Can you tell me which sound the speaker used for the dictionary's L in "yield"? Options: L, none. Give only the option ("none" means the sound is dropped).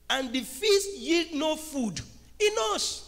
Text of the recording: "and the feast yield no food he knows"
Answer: L